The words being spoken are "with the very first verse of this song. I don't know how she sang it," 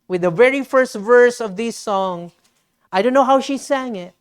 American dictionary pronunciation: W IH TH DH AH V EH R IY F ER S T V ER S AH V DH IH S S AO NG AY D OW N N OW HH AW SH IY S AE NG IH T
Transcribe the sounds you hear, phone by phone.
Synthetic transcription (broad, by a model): W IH DH AH V EH R IY F ER S T V ER S AH V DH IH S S AO NG AY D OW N N OW HH AW SH IY S AE NG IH T